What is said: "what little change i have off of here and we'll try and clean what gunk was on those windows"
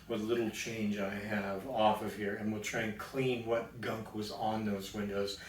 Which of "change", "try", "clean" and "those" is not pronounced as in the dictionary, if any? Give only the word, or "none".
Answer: none